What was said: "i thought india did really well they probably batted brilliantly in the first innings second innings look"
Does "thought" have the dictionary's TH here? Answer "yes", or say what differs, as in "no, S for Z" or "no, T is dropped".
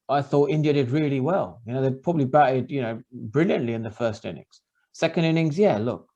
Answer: yes